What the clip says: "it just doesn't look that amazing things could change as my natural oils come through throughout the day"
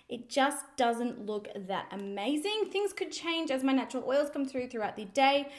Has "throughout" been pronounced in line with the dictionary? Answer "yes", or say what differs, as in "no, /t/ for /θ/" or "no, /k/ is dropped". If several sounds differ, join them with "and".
yes